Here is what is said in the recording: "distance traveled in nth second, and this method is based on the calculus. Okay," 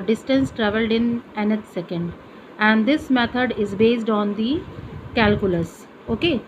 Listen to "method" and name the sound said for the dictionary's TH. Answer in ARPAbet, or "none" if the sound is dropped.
T